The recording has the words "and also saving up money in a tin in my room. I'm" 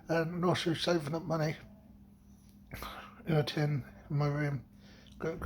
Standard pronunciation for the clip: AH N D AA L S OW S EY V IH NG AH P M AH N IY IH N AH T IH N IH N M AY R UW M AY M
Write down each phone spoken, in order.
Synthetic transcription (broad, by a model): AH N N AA S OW S EY V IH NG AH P M AH N IY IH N AH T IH IH N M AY R UW M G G